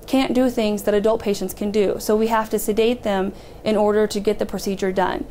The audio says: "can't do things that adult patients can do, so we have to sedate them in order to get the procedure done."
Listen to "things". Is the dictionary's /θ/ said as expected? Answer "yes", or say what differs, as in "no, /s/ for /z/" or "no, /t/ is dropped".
yes